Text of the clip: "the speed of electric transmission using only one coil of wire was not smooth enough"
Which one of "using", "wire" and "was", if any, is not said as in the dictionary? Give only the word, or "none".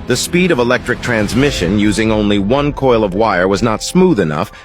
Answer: none